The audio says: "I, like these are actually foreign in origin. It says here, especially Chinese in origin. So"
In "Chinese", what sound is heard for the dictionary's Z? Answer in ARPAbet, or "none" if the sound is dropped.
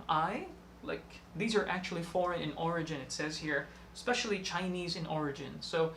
Z